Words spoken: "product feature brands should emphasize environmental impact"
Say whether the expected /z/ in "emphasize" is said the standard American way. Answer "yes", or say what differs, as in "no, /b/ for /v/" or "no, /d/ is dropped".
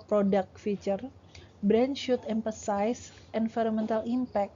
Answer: no, /s/ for /z/